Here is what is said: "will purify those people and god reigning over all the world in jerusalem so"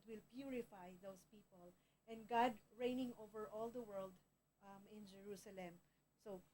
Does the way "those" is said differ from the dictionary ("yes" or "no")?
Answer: yes